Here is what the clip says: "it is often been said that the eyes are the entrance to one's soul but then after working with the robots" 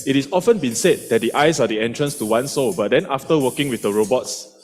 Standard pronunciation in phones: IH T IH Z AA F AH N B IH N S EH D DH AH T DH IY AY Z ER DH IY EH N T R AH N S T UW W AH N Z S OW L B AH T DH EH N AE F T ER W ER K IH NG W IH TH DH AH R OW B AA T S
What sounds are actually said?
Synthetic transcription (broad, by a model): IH T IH S AA F AH N B IH N S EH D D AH T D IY AY S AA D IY EH N T R AH N S T UW W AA N S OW B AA T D EH N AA F T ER W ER K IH NG W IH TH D AH R OW B AA T S